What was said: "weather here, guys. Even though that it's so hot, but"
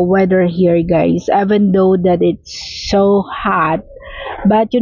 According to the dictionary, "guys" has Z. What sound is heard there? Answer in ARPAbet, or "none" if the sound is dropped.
S